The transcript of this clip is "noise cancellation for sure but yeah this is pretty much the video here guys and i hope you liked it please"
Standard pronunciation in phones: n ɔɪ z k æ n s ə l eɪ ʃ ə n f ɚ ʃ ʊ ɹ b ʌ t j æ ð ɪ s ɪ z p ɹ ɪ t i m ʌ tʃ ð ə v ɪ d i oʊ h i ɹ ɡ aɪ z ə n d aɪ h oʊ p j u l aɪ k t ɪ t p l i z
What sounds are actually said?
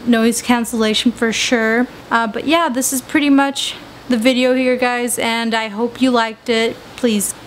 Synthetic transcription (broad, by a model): n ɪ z k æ n s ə l eɪ ʃ n f ɚ ʃ ʊ ɹ b ʌ t j æ ð ɪ s ɪ z p ɹ ɪ t i m ʌ tʃ ð ə v ɪ d i oʊ h i ɹ ɡ aɪ z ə n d aɪ h oʊ p j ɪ l aɪ k t ɪ t p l i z